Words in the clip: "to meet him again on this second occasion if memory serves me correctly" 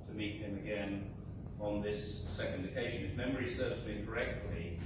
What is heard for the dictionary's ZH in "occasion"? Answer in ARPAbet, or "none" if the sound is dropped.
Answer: ZH